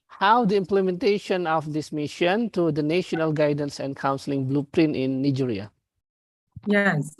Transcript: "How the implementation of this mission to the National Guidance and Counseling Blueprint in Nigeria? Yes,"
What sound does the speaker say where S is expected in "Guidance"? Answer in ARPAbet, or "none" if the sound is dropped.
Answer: S